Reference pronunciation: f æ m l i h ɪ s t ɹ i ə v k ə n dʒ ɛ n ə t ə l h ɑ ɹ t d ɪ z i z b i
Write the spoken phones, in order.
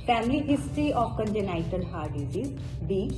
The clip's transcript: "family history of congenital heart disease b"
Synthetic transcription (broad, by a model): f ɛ m l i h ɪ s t i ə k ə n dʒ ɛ n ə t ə l h ɑ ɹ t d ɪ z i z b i